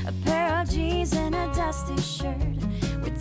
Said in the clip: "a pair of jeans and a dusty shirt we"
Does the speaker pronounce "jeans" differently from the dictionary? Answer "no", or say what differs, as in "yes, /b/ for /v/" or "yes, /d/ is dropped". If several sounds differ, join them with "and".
yes, /n/ is dropped